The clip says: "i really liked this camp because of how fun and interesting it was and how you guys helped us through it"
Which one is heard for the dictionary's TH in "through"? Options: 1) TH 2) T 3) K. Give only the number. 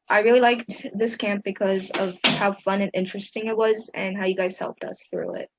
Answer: 1